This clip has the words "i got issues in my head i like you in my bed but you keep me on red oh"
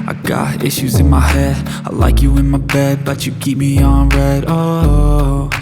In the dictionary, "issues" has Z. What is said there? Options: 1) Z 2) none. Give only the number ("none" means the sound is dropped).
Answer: 1